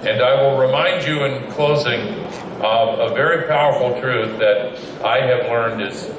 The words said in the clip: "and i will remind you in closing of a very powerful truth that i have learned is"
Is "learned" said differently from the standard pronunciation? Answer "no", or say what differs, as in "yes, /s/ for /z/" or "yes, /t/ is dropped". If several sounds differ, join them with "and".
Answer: no